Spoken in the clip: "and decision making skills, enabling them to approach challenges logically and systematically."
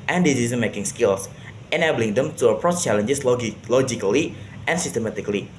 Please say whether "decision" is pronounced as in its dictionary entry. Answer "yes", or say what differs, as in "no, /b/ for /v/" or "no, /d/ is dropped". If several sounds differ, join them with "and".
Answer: no, /z/ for /ʒ/